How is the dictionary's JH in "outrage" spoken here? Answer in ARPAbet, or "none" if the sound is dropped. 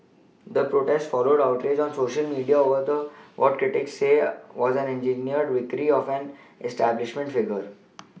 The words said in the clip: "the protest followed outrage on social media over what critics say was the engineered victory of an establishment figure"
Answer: JH